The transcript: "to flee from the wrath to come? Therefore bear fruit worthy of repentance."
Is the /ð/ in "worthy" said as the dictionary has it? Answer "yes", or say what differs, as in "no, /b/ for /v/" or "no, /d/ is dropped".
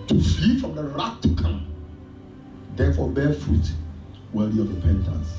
no, /ð/ is dropped